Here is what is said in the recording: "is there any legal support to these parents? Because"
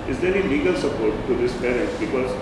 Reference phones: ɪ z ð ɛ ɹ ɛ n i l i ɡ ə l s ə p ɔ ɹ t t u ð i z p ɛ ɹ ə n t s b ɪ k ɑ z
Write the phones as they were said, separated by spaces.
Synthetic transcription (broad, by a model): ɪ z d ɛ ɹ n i l i ɡ ə l s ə p ɔ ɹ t t u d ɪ s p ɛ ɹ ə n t b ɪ k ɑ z